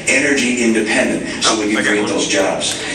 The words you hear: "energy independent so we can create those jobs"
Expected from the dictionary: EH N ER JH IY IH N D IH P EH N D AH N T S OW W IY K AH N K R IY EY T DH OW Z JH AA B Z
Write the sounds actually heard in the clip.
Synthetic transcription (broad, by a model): EH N ER JH IY IH N D IH P EH N D AH N T S OW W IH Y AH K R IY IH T DH OW Z JH AA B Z